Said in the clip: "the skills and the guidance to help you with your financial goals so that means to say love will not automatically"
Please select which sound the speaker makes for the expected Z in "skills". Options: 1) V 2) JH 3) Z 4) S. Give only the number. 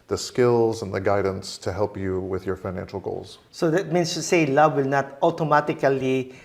3